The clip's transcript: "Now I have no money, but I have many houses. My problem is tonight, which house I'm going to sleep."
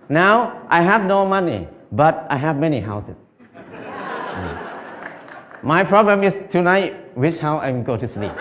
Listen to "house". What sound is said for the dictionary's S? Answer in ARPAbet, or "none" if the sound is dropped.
none